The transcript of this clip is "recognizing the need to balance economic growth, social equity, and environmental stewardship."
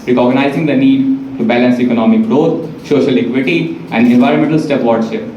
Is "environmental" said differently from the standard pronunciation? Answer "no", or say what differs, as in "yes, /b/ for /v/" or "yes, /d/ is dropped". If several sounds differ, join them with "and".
no